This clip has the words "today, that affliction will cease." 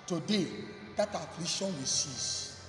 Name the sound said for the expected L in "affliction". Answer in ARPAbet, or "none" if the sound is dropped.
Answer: none